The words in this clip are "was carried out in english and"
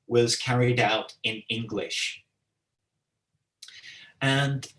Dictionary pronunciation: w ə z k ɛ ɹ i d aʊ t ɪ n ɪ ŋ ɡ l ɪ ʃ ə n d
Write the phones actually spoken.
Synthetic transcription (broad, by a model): w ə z k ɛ ɹ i d aʊ t ɪ n ɪ ŋ ɡ l ɪ ʃ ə n